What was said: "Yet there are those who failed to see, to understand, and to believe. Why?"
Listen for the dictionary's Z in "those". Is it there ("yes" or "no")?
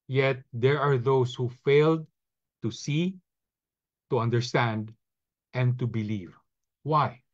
no